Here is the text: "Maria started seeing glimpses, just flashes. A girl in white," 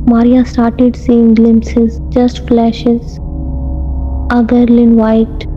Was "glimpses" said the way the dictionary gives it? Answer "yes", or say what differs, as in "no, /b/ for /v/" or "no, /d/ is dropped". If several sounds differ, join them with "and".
yes